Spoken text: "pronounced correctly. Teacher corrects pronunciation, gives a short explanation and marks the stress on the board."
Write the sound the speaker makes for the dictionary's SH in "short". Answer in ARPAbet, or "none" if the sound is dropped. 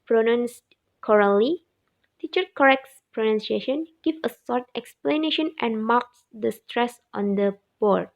S